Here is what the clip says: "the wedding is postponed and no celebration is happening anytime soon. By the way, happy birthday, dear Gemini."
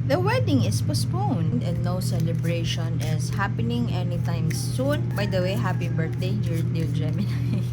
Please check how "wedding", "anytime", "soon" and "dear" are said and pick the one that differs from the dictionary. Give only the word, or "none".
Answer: dear